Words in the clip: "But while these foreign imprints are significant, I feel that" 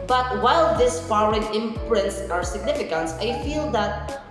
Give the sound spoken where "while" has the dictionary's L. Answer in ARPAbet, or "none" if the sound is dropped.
L